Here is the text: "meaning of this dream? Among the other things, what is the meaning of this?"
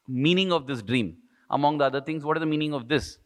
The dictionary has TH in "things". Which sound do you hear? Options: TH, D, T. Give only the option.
T